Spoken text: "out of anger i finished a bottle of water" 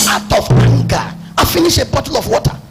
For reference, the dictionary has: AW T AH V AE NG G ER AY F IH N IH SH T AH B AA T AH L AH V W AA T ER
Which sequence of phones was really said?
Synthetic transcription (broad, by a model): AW T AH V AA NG G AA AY F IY N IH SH AH B AA T AH L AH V W AA T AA